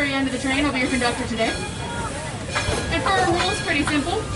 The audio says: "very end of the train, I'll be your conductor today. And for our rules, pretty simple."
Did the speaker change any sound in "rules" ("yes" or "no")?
no